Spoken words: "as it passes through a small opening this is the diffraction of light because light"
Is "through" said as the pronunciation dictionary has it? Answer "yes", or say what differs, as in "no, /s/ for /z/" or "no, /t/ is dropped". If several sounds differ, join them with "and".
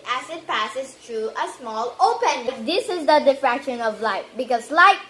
no, /t/ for /θ/